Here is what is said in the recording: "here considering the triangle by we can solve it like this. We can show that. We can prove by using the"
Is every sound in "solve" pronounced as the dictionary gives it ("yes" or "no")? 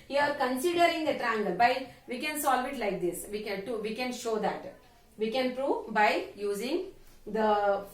yes